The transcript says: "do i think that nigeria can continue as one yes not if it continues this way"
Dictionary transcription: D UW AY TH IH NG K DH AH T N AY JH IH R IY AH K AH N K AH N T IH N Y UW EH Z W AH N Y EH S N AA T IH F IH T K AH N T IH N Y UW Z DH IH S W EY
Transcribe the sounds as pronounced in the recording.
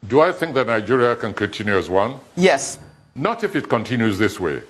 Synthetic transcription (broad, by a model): D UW AY TH IH NG K DH AH T N AY JH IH R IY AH K AH N K AH N T IH N Y UW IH Z W AH N Y EH S N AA T IH F IH T K AH N T IH N Y UW Z DH IH S W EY